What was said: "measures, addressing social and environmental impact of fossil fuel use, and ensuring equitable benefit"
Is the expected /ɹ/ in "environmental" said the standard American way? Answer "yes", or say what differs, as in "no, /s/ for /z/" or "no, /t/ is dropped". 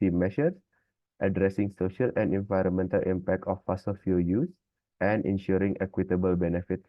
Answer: yes